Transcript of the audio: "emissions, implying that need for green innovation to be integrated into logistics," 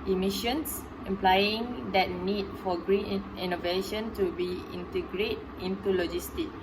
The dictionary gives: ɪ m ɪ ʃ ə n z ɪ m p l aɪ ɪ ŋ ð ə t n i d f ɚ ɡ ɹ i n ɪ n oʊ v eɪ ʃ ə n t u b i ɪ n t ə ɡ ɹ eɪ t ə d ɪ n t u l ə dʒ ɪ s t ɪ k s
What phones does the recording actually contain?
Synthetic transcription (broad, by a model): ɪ m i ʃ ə n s ɪ m p l aɪ ɪ ŋ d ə t n i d f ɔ ɡ ɹ i n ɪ n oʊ v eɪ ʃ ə n t u b i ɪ n t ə ɡ ɹ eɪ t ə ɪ n t u l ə dʒ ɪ s t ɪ k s